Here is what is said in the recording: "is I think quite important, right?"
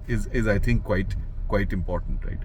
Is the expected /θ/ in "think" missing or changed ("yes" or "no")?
yes